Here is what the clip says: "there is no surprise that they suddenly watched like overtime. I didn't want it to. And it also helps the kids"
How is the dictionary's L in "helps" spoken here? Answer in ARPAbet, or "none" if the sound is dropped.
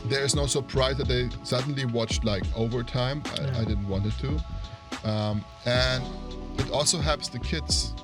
none